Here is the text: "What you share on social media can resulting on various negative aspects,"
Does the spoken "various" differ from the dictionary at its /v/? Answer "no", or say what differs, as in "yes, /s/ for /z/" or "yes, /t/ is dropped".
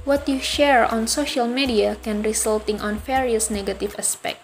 yes, /f/ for /v/